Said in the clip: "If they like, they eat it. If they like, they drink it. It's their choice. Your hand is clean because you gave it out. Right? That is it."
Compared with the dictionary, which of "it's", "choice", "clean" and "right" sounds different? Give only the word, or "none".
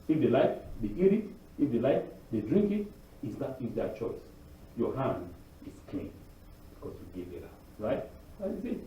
it's